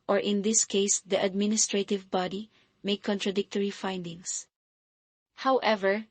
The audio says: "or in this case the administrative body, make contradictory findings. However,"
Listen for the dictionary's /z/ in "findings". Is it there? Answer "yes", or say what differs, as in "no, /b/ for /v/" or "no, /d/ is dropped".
no, /s/ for /z/